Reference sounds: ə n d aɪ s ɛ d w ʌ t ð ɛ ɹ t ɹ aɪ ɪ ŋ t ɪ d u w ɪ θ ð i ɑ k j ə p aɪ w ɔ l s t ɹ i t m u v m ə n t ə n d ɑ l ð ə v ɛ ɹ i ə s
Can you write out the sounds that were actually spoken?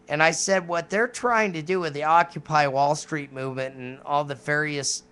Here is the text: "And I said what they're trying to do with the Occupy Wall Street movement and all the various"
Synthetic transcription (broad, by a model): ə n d aɪ s ɛ d w ʌ t ð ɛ ɹ t ɹ aɪ ɪ ŋ t ɪ d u w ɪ ð i ɑ k j ə p aɪ w ɔ l s t ɹ i t m u v m ə n t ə n ɑ l ð ə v ɛ ɹ i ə s